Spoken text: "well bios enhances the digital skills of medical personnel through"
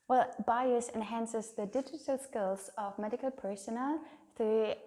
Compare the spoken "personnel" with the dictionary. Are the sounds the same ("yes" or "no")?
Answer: no